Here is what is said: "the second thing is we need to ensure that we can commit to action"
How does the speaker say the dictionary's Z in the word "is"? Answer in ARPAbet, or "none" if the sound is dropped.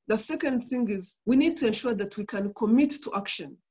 Z